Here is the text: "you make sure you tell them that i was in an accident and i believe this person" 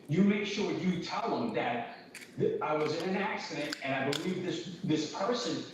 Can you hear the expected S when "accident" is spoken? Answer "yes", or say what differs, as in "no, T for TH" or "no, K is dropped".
yes